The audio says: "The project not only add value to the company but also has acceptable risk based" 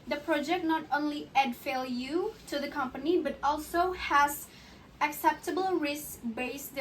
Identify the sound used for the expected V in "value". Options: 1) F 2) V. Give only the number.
1